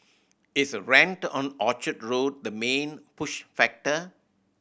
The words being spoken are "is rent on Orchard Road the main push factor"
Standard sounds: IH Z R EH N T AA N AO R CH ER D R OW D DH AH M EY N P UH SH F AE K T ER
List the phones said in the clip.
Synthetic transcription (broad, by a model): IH S R EH N T AA N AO CH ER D R OW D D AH M EY N P UH SH F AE K T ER